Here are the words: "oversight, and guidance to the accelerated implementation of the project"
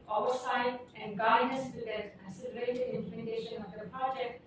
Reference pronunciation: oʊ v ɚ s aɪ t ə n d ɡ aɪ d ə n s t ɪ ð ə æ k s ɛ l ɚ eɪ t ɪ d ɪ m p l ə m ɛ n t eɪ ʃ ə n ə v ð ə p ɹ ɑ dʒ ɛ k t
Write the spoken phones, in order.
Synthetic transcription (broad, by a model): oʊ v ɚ s aɪ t ə n d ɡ aɪ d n s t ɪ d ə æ s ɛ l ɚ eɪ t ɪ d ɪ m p l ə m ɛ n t eɪ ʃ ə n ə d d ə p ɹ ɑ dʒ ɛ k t